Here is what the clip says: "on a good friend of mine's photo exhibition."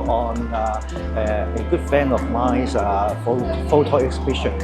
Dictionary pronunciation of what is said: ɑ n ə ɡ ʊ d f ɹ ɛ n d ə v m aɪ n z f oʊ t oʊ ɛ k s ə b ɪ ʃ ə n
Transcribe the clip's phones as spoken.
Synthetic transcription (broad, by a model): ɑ n ə ɡ ʊ d f ɛ n ə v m aɪ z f f oʊ t oʊ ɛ k s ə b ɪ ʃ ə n